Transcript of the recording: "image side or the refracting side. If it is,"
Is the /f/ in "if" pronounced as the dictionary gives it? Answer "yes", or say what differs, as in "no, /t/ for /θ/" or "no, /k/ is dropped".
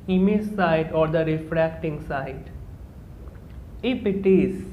no, /p/ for /f/